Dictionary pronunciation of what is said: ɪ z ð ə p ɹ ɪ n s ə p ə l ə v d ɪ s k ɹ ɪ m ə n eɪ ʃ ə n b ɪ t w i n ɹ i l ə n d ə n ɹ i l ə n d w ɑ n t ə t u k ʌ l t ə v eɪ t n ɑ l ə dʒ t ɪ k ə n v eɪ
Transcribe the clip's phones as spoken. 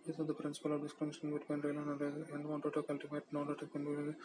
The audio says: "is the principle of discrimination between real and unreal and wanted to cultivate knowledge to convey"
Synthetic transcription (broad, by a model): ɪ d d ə p ɹ ɪ n s ə p ə l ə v d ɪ s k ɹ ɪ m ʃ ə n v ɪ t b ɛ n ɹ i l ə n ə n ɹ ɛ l ə n d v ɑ n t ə t u k ʌ l t ə v eɪ t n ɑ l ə t ɪ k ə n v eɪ